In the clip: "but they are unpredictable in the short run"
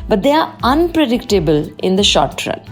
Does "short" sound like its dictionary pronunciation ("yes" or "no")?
yes